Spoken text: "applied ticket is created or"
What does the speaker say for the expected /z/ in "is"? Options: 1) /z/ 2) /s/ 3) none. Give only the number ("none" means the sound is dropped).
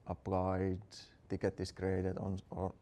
2